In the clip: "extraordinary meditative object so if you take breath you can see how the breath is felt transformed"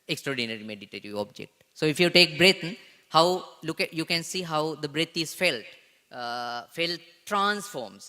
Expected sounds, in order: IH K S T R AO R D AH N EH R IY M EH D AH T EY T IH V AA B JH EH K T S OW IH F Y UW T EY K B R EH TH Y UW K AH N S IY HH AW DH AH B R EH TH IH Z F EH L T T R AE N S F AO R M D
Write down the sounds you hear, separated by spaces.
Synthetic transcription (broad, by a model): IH K S T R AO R D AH N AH R IY M EH D AH T EY T IH V AA B JH EH K T S OW IH F Y UW T EY K B R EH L Y UW K AH N S IY HH AW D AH B R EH T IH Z F EH L T T R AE N S F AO R M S